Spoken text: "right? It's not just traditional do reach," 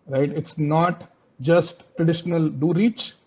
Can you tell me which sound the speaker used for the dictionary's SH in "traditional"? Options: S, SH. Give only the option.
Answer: SH